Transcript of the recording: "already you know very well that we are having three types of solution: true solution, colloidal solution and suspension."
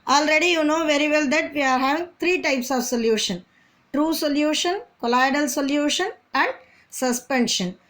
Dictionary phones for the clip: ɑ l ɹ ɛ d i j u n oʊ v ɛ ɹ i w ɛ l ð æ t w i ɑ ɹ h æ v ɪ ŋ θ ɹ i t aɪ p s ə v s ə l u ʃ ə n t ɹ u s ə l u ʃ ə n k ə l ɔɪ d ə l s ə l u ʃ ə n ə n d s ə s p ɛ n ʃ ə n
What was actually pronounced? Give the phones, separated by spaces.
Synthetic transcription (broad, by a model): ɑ l ɹ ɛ d i j u n oʊ v ɛ ɹ i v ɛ l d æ t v i ɑ ɹ h æ v ɪ ŋ t ɹ i t aɪ p s ə v s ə l u ʃ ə n t ɹ u s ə l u ʃ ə n k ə l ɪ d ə l s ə l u ʃ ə n ə n d s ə s p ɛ n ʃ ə n